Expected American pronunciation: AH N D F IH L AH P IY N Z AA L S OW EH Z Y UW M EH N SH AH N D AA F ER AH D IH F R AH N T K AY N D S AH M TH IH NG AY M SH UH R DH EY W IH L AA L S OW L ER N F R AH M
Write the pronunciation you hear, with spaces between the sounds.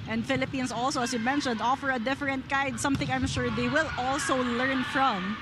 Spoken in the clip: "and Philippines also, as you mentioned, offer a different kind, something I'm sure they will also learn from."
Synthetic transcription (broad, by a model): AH N D F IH L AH P IY N S AA L S OW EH S Y UW M EH N SH AH N D AA F ER AH D IH F R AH N T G AY D S AH M TH IH NG AY M SH UH R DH EY W IH L AA L S OW L ER N F R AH M